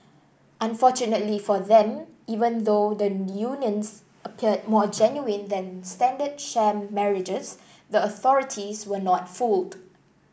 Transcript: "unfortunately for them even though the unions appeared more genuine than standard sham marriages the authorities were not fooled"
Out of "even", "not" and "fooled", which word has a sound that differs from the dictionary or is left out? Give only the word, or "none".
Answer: none